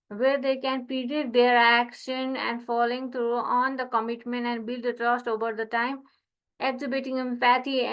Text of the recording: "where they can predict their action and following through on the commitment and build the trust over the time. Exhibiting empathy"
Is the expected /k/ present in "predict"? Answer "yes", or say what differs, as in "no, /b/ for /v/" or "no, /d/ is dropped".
no, /k/ is dropped